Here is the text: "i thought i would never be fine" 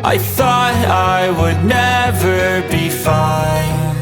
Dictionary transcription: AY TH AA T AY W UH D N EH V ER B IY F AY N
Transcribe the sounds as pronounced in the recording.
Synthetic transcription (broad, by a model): AY TH AA T AY W UH D N EH V ER B IY F AY N